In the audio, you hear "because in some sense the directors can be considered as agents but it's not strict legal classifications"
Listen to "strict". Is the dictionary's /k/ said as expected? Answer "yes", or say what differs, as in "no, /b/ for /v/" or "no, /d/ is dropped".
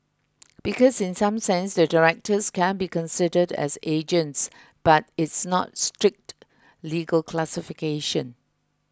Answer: yes